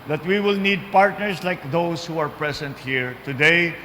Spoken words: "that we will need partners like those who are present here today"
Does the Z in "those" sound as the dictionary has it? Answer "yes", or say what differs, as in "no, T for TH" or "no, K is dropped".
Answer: no, S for Z